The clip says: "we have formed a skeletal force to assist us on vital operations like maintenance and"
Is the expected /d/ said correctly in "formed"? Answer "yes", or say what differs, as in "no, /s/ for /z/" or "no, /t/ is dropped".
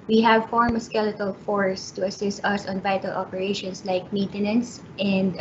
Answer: no, /d/ is dropped